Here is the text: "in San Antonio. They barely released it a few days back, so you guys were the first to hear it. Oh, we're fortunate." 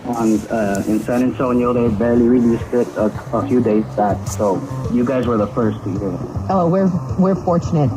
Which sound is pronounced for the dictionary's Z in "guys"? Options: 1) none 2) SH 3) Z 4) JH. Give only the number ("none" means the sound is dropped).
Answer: 3